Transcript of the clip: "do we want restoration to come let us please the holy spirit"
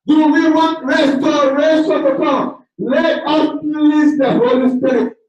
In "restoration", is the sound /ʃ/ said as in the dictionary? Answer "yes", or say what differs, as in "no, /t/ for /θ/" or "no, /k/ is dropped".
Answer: no, /s/ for /ʃ/